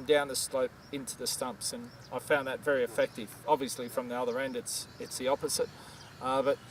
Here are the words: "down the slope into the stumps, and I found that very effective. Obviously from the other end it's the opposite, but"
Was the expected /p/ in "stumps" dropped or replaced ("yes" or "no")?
no